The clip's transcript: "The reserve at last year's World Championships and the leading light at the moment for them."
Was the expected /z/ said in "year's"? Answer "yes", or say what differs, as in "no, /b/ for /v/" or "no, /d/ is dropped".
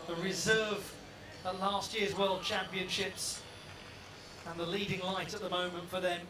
yes